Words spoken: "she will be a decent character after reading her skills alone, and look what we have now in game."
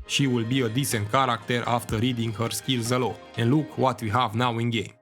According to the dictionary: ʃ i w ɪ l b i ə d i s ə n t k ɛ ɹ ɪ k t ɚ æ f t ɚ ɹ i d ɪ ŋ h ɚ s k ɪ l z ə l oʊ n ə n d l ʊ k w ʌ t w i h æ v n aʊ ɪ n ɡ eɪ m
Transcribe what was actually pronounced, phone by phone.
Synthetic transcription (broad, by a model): ʃ i w ɪ l b i ə d i s ə n t k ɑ ɹ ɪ k t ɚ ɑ f t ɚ ɹ i d ɪ ŋ h ɚ s k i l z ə l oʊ ə n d l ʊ k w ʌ t w i h æ v n aʊ ɪ n ɡ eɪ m